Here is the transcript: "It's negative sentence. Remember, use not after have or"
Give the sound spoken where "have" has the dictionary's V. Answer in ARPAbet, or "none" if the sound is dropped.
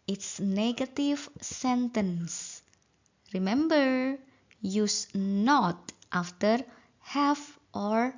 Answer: F